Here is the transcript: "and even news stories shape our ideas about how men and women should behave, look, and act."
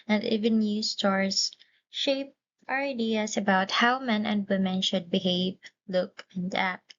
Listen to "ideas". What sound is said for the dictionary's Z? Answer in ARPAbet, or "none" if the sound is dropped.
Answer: S